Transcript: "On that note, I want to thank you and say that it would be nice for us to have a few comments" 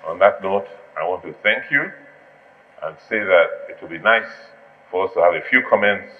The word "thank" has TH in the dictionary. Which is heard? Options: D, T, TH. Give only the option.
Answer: TH